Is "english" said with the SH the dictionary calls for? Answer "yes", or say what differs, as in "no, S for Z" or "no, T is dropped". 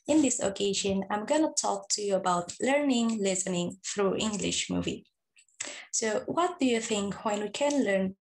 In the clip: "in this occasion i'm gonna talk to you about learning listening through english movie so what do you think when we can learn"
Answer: yes